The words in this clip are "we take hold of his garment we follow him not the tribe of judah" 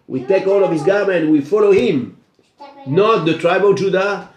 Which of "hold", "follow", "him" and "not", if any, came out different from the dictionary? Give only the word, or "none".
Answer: hold